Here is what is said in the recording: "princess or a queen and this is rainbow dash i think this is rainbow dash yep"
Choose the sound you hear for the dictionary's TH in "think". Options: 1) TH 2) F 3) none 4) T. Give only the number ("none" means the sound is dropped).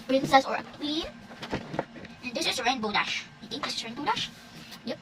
4